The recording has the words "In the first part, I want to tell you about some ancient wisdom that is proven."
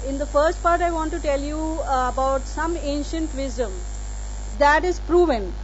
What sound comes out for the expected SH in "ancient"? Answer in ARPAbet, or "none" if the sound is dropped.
SH